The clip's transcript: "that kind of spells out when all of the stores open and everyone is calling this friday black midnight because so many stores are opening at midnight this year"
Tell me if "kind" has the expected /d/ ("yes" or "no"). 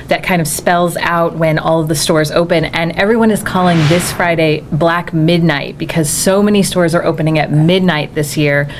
yes